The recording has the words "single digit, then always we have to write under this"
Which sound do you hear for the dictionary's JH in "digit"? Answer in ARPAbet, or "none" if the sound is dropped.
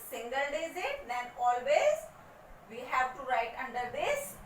Z